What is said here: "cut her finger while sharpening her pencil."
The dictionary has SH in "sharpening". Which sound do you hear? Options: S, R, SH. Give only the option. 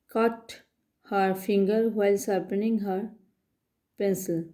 S